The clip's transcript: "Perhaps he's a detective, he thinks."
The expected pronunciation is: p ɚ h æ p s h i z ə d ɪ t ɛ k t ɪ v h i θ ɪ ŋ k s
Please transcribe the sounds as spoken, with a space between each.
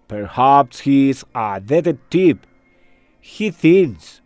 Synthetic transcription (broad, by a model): p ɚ h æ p s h i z ə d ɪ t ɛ t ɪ p h i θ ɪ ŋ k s